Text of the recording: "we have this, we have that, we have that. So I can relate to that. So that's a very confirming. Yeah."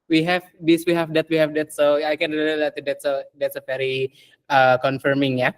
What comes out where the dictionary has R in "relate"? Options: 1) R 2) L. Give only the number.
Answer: 2